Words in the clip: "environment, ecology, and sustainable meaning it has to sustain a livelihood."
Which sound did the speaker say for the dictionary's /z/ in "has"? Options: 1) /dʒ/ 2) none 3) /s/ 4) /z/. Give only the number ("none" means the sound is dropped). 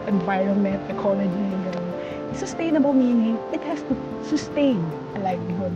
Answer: 3